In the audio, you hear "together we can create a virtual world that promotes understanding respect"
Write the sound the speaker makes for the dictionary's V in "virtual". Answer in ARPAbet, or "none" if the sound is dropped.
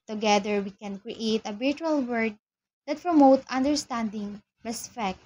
B